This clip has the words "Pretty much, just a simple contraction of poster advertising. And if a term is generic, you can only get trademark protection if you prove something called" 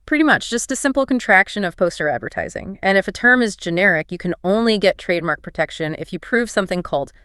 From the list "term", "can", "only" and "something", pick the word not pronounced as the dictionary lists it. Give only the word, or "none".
none